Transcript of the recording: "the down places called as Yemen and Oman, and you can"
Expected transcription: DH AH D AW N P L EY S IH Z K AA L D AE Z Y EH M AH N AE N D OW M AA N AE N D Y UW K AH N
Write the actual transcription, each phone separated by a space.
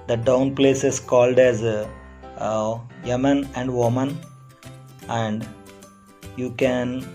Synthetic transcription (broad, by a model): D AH D AW N P L EY S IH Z K AA L D AE Z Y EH M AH N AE N D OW M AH N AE N D Y UW K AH N